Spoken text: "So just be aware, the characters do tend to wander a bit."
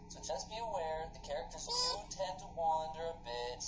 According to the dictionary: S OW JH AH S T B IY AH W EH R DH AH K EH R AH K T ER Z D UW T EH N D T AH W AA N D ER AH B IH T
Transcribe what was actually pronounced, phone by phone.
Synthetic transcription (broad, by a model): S OW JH AH S B IY AH W EH R DH AH K EH R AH K T ER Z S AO T EH N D T AH W AA N D ER AH B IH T